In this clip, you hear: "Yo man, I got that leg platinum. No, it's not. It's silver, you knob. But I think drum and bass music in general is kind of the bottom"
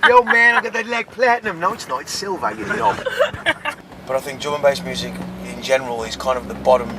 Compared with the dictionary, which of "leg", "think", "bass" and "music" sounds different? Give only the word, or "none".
none